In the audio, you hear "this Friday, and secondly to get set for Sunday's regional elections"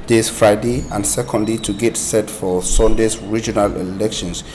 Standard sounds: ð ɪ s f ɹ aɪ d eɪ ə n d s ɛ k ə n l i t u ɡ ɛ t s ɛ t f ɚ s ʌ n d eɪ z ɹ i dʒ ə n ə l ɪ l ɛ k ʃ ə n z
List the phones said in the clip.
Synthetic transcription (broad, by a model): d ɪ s f ɹ aɪ d eɪ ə n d s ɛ k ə n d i t u ɡ ɛ t s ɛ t f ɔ s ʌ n d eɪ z ɹ i dʒ ə n ə l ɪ l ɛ k ʃ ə n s